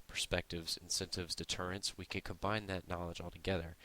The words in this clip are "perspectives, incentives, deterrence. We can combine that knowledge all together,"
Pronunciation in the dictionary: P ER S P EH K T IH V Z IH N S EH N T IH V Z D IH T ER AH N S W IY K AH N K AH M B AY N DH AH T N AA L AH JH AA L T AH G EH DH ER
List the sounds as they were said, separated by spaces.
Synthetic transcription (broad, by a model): P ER S P EH K T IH V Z IH N S EH N T IH V Z D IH T ER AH N S W IY K AH N K AH M B AY N DH AH T N AA L AH JH AA L T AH G EH DH ER